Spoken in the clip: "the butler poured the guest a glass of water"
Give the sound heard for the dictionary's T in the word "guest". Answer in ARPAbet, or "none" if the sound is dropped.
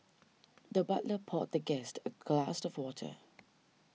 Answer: T